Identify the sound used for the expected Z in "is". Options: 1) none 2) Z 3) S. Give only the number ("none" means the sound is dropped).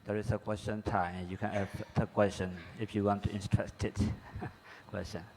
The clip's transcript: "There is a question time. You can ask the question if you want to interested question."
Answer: 3